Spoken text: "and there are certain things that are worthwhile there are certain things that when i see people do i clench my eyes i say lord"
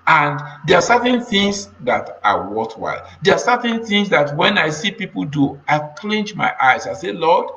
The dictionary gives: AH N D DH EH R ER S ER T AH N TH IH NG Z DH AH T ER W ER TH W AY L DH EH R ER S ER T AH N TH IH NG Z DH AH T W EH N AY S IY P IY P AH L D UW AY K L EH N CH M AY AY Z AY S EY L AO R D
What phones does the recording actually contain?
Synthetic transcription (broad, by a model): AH N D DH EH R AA S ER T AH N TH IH NG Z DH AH T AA W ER T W AY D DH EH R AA S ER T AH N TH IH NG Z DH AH T W EH N AY S IY P IY P AH L D UW AY K L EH N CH M AY AY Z AY S EY L AO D